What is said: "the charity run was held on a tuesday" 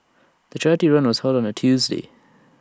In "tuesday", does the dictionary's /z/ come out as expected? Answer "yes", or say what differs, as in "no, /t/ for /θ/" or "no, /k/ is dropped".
yes